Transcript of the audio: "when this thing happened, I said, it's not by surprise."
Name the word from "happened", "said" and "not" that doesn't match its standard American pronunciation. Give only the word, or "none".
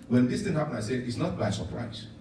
happened